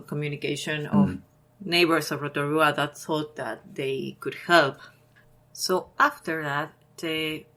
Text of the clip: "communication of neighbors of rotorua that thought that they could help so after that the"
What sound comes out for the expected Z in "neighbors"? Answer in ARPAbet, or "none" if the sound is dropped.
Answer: S